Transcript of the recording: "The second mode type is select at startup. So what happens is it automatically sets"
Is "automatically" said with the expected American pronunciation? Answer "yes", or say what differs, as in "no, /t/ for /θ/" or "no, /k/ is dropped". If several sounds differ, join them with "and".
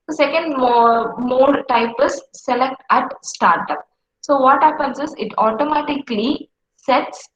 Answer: yes